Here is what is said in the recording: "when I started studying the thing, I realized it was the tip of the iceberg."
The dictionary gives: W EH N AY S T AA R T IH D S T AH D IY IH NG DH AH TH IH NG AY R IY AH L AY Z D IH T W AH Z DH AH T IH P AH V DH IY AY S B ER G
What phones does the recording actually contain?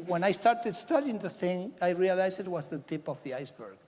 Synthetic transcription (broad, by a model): W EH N AY S T AA R T IH D S T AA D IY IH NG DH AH TH IH NG AY R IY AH L AY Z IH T W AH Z DH AH T IH P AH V DH IY AY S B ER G